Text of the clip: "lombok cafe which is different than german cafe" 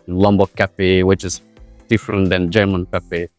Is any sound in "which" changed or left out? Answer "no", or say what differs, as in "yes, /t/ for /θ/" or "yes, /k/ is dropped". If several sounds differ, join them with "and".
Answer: no